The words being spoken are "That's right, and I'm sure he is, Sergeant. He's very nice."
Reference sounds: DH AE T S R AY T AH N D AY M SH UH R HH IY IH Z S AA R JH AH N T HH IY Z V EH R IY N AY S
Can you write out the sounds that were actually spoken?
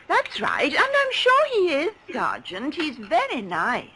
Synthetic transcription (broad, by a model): DH AE T S R AY T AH N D AY M SH UH R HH IY IH Z S AA R JH AH N T HH IY Z V EH R IY N AY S